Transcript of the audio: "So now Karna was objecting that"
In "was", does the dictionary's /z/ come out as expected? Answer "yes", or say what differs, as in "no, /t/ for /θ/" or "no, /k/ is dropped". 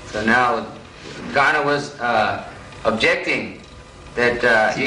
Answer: yes